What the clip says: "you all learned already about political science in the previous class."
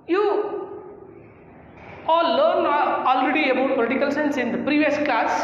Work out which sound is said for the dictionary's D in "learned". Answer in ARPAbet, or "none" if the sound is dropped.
none